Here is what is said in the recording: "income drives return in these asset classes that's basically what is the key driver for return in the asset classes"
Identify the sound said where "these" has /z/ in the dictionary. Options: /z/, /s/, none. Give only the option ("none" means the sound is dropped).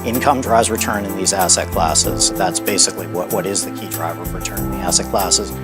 /z/